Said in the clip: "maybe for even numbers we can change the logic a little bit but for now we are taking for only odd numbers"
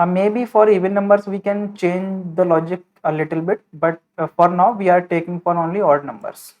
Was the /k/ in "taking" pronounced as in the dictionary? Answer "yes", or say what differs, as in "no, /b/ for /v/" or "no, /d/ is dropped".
yes